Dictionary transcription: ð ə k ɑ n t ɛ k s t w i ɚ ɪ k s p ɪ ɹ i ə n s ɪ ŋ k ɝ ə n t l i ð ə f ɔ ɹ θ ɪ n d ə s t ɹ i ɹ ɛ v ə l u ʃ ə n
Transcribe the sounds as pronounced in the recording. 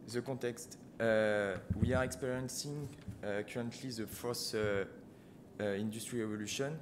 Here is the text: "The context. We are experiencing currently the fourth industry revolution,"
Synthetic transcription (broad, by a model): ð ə k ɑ t ɛ k s t w i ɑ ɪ k s p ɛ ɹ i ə n s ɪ ŋ k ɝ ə n t l i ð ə f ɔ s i n d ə s t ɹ i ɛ v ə l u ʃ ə n